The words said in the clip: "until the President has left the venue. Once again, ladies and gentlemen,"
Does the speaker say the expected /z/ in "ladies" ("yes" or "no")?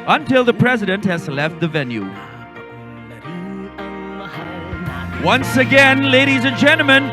yes